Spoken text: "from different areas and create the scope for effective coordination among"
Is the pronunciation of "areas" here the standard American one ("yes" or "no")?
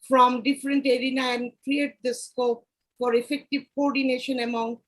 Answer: no